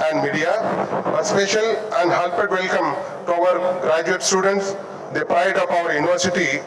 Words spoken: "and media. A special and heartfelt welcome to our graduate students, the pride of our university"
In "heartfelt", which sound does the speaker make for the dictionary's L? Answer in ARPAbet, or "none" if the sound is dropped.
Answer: none